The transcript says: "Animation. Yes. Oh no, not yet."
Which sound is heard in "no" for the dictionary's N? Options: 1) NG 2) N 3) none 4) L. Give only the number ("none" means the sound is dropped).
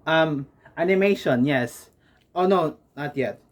2